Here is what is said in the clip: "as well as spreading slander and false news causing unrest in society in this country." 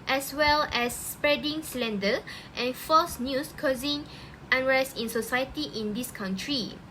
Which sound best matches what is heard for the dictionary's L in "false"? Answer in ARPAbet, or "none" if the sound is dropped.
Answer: none